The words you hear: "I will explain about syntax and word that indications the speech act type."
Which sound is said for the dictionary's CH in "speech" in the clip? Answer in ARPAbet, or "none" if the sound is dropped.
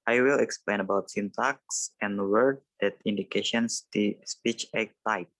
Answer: CH